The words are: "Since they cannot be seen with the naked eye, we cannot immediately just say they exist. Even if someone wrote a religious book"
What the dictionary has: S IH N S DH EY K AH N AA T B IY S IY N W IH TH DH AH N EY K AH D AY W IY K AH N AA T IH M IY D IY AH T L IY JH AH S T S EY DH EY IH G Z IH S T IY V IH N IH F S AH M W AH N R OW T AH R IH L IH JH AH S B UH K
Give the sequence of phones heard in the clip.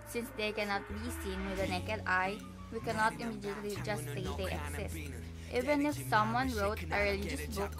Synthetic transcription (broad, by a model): S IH N S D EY K AH N AA T B IY S IY N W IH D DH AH N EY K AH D AY W IY K AH N AA T IH M IY D IY AH T L IY JH AH S T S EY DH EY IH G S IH S T IY V IH N IH F S AH M W AH N R OW T AH R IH L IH JH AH S B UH K